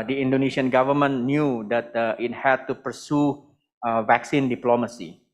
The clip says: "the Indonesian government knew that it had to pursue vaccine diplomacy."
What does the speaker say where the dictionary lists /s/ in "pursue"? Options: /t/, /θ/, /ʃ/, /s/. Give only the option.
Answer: /s/